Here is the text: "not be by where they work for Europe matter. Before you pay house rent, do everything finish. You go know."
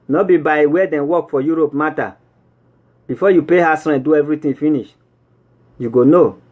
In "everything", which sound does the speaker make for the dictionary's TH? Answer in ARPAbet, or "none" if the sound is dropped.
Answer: T